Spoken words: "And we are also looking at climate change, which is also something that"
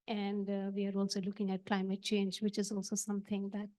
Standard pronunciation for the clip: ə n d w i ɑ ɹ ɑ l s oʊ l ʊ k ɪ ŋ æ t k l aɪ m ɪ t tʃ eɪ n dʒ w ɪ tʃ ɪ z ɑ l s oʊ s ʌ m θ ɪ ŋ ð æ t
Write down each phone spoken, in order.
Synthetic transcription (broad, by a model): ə n d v i ɑ ɹ ɑ l s oʊ l ʊ k ɪ ŋ æ t k l aɪ m ɪ t tʃ eɪ n dʒ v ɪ tʃ ɪ z ɑ l s oʊ s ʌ m t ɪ ŋ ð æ t